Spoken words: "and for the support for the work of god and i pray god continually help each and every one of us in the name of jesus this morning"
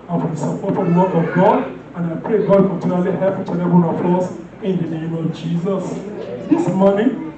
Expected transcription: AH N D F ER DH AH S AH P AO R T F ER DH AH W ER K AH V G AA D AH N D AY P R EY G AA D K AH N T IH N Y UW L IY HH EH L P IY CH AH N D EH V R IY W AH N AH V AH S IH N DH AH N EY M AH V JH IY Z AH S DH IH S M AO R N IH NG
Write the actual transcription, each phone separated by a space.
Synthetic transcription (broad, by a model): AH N F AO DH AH S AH P AO T F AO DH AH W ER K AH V G AA D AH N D AY P R EY G AA D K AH T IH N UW L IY HH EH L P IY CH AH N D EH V IY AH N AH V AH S IH N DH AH N EY M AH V JH IY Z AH S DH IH S M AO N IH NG